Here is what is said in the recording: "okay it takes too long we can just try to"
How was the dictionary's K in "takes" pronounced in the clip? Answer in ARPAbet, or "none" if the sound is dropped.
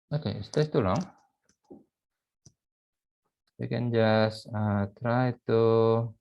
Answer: none